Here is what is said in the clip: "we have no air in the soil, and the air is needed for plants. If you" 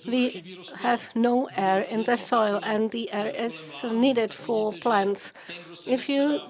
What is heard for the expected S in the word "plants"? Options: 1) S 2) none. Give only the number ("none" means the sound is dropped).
1